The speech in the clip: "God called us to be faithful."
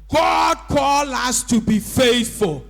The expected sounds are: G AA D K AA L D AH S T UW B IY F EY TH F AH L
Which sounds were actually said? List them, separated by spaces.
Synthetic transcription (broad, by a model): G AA D K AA L AH S T UW B IY F EY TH F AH L